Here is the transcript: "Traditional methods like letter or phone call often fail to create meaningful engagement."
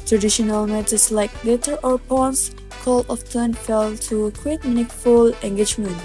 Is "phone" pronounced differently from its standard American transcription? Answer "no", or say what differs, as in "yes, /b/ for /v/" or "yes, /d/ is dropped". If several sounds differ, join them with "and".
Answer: yes, /p/ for /f/